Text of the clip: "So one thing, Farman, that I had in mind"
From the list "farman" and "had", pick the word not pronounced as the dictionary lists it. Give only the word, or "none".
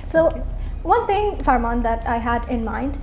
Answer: none